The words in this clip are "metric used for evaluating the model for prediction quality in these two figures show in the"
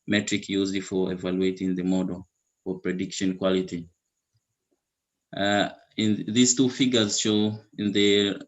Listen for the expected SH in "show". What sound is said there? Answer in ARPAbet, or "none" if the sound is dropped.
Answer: SH